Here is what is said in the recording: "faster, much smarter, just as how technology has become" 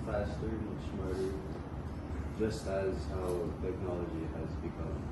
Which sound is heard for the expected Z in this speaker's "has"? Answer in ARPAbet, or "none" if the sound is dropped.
Z